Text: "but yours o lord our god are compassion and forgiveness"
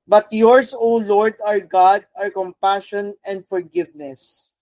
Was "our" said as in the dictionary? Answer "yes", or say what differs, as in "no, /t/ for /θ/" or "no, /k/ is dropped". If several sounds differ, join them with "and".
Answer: yes